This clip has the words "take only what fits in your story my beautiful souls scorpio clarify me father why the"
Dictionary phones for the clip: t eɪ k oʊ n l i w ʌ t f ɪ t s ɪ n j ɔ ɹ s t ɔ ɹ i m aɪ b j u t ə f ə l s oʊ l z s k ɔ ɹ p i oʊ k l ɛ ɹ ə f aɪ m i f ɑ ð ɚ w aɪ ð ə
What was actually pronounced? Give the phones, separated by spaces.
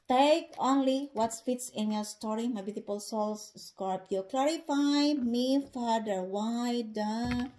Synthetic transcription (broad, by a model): t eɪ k oʊ n l i w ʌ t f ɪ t s ɪ n j ɔ ɹ s t ɔ ɹ i m aɪ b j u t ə p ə l s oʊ l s s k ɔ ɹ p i k l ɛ ɹ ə f aɪ m i f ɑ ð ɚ w aɪ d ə